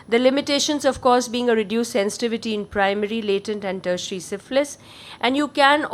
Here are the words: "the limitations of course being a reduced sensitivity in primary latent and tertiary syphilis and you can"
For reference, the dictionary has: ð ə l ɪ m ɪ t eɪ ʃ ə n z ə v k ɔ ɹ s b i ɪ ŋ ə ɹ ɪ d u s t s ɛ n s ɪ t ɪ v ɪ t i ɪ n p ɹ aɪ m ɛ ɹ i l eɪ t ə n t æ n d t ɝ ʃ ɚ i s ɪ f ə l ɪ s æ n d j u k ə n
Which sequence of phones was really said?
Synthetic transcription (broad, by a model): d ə l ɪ m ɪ t eɪ ʃ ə n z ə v k ɔ ɹ s b i ɪ ŋ ə ɹ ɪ d u s s ɛ n s ɪ t ɪ v ɪ t i ɪ n p ɹ aɪ m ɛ ɹ i l eɪ t ə n t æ n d t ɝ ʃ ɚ i s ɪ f l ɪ s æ n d j u k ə n